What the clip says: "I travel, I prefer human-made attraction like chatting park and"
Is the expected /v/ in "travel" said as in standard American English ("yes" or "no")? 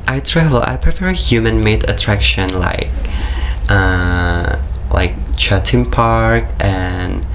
yes